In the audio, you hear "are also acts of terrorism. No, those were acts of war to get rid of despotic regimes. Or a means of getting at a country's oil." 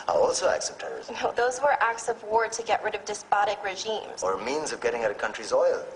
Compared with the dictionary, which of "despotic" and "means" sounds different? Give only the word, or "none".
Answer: none